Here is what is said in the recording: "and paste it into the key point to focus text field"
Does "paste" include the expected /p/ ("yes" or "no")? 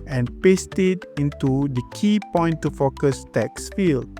yes